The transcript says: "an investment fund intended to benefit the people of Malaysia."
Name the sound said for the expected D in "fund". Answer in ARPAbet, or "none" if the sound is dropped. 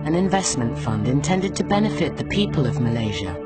D